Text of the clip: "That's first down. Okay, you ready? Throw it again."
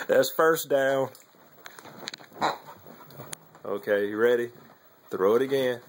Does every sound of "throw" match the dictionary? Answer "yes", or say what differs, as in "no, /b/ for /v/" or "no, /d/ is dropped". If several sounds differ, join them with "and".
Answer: yes